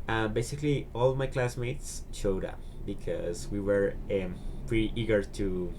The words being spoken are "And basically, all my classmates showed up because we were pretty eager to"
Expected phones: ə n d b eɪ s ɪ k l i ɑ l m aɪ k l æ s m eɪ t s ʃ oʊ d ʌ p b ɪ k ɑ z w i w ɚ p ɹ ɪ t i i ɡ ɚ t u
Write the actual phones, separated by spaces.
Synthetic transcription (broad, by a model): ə b eɪ s ɪ k l i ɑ l m aɪ k l æ s m eɪ t s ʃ oʊ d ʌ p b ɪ k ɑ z w i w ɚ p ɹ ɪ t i i ɡ ɚ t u